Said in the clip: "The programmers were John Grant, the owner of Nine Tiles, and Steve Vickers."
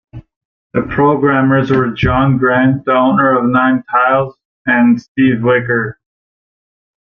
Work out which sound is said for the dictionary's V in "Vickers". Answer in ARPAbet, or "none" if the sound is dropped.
W